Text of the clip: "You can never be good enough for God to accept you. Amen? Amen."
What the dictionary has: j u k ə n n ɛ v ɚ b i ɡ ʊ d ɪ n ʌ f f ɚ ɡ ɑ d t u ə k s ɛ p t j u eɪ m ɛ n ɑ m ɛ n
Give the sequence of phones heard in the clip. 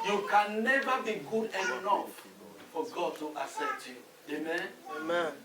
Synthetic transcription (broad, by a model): j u k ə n n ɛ v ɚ b i ɡ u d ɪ n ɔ f f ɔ ɡ ɑ d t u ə s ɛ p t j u eɪ m ɛ n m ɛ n